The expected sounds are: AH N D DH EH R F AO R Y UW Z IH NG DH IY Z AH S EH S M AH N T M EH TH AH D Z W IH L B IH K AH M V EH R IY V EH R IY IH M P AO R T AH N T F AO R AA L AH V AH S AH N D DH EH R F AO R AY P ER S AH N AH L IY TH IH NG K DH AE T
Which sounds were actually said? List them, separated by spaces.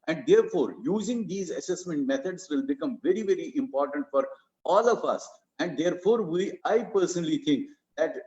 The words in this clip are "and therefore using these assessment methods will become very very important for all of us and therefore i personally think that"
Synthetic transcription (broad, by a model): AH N D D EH R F AO R Y UW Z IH NG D IY Z AH S EH S M AH N T M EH T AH D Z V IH L B IH K AH M V EH R IY V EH R IY IH M P AO R T AH N T F AO R AA L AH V AH S AH N D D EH R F AO R AY P ER S AH N AH L IY T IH NG K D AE T